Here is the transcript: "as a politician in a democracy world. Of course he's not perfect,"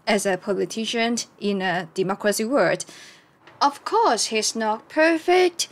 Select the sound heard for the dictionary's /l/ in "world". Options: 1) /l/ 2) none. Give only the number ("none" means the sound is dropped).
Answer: 2